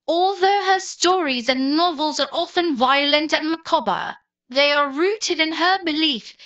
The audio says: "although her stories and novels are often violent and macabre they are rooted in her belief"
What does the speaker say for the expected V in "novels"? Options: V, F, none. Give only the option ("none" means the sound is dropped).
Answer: V